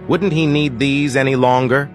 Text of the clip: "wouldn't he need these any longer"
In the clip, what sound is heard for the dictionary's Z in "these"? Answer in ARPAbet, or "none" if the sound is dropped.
Z